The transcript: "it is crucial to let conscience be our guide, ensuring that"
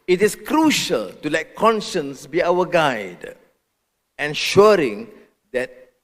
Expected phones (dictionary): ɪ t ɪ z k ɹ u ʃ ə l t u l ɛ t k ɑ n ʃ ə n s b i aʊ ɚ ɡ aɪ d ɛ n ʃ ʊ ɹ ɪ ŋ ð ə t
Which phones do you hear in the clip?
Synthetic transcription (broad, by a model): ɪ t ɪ s k ɹ u ʃ ə l t u l ɛ t k ɑ n ʃ ə n s b i aʊ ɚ ɡ aɪ d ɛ n ʃ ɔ ɹ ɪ ŋ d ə t